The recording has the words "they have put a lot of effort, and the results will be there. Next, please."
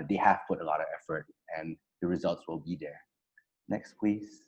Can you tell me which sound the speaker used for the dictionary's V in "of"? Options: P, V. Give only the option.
V